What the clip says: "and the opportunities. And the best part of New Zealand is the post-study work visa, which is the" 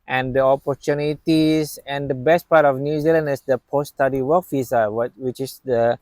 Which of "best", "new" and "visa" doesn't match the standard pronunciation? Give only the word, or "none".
visa